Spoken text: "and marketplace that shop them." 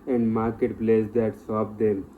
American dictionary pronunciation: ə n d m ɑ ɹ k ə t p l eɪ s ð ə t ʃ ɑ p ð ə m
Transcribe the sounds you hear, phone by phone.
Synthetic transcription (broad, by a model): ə n d m ɑ ɹ k ə t p l eɪ s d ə t s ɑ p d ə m